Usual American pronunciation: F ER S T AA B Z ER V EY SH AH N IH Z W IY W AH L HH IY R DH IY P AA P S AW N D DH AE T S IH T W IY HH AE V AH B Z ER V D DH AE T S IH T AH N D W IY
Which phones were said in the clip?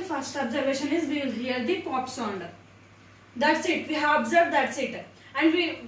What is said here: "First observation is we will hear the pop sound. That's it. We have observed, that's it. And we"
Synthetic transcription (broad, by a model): F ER S T AA B Z ER V EY SH AH N IH Z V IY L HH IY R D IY P AA P S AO N D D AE T S IH T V IY HH AE V AH B Z ER V D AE T S IH T AH N D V IY